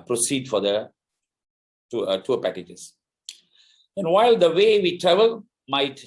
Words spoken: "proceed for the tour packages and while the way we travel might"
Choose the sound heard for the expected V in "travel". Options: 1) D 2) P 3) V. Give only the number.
3